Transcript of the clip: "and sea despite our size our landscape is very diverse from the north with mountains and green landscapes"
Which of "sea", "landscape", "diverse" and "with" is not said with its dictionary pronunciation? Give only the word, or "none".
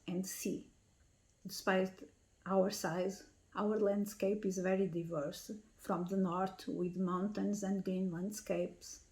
none